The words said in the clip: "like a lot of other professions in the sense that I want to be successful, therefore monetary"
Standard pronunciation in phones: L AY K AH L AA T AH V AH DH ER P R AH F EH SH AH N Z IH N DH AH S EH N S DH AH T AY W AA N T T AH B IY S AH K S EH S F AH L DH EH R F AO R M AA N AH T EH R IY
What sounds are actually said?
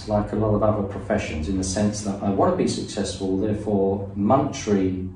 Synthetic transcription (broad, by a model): L AY K AH L AA T AH V AH DH ER P R AH F EH SH AH N Z IH N DH AH S EH N S DH AH T AY W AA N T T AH B IY S AH K S EH S F AH L DH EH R F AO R M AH N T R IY